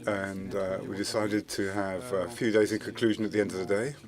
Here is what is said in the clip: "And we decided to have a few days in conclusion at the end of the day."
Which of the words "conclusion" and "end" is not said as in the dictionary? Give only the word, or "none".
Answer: none